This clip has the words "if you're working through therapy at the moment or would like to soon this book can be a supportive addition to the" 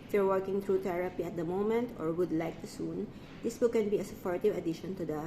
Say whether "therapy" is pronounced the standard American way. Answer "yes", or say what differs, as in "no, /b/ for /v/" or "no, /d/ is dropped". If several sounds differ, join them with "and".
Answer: no, /t/ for /θ/